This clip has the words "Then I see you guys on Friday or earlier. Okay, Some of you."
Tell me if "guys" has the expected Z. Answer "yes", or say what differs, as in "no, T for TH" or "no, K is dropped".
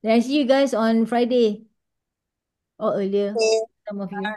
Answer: no, S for Z